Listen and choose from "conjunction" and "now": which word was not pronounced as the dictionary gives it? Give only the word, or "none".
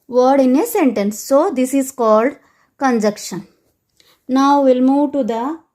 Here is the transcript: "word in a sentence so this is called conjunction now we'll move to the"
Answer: conjunction